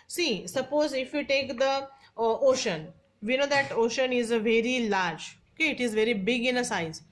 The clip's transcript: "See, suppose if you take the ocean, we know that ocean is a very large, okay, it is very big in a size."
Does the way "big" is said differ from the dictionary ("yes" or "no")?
no